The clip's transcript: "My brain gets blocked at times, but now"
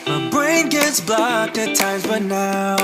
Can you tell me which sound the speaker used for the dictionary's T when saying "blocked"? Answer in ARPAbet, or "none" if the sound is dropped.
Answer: none